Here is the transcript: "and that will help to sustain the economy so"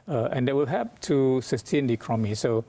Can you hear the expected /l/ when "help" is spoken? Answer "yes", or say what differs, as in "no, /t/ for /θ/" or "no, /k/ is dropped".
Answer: no, /l/ is dropped